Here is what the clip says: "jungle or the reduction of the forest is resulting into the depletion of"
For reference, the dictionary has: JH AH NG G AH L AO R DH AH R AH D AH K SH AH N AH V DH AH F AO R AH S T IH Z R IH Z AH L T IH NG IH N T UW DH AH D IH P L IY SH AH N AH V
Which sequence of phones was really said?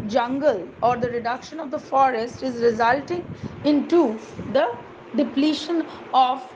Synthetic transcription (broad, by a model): JH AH NG G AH L AO R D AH R AH D AH K SH AH N AH V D AH F AO R AH S T IH Z R IH Z AH L T IH NG IH N T UW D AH D IH P L IY SH AH N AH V